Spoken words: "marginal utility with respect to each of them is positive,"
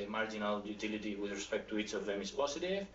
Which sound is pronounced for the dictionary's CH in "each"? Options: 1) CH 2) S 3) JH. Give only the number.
1